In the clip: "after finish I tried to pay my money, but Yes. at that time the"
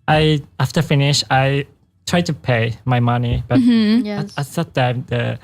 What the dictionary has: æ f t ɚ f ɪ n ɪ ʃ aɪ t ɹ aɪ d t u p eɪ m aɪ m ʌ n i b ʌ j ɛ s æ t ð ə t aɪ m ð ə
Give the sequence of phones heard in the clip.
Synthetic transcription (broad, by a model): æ f t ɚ f ɪ n ɪ ʃ aɪ t ɹ aɪ d t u p eɪ m aɪ m ʌ n i b ʌ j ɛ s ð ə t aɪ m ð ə